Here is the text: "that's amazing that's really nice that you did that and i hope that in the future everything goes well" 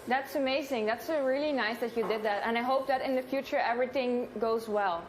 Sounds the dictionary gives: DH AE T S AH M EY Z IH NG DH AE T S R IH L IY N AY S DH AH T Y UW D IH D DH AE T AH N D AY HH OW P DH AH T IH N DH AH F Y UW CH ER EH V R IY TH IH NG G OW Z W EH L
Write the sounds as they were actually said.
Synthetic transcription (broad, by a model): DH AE T S AH M EY Z IH NG DH AE T S R IH L IY N AY S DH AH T Y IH D IH D DH AE T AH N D AY HH OW P DH AH T IH N DH AH F Y UW CH ER EH V R IY TH IH NG G OW Z W EH L